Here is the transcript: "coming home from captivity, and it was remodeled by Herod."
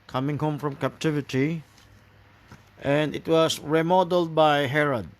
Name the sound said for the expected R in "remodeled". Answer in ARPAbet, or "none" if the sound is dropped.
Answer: R